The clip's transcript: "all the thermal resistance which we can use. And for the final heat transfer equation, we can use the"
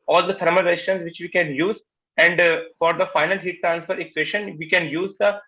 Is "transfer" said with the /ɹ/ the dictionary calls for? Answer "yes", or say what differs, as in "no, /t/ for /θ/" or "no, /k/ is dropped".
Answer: yes